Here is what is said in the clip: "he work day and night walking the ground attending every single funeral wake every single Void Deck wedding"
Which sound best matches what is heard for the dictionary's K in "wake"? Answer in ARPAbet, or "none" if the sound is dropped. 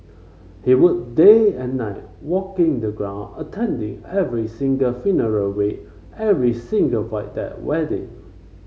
none